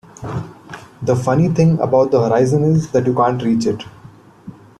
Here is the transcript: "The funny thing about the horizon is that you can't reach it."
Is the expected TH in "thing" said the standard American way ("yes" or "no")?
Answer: no